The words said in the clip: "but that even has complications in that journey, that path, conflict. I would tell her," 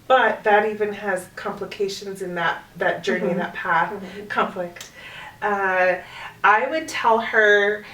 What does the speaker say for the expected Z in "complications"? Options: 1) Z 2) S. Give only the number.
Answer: 1